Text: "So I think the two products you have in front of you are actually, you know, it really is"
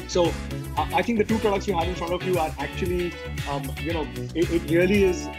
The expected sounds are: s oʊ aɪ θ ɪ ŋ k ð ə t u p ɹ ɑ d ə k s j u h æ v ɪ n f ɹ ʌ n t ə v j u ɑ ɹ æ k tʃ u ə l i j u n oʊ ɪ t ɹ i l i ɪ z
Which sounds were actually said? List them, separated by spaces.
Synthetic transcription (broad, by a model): s oʊ aɪ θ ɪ ŋ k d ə t u p ɹ ɑ d ə k s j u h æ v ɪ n f ɹ ʌ n t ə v j u ɑ ɹ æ k tʃ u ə l i j u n oʊ ɪ t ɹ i l i ɪ z